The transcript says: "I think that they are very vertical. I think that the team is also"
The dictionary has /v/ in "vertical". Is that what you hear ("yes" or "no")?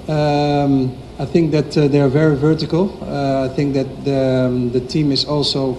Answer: yes